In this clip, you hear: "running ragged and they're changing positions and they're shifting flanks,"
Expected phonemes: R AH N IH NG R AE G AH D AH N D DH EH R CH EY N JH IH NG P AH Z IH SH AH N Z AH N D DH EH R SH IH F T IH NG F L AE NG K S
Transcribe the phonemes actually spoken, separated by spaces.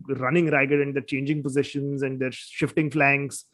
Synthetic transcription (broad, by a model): R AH N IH NG R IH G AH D AH N D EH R CH EY N JH IH NG P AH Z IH SH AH N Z AH N D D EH R SH IH F T IH NG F L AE NG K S